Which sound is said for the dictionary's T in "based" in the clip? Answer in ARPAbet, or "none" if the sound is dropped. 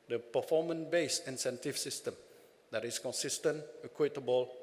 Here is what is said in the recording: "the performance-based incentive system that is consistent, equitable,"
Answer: none